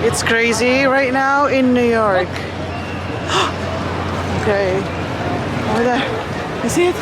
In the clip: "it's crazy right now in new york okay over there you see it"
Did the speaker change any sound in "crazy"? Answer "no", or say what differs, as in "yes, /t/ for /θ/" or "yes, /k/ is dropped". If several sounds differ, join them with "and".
no